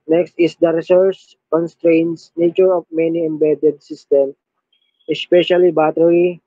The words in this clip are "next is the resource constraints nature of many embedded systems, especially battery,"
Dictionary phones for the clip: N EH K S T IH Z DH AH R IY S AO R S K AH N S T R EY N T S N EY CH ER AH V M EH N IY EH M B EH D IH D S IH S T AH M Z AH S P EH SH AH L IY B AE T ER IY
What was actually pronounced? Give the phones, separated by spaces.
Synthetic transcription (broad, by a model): N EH K S T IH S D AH R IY S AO R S K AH N S T R EY N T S N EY CH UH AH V M EH N IY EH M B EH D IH D S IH S T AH M AH S P EH SH AH L IY B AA T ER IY